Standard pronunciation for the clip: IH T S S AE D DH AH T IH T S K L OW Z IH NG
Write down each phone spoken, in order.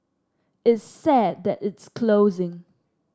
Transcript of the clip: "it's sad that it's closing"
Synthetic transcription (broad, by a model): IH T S S AE D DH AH T IH T S K L OW Z IH NG